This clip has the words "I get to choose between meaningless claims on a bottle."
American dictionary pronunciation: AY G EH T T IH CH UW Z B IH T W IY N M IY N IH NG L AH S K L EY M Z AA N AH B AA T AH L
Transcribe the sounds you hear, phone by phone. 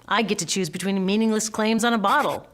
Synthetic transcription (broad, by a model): AY G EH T T IH CH UW Z B IH T W IY N M IY N IH NG L AH S K L EY M Z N AH B AA T L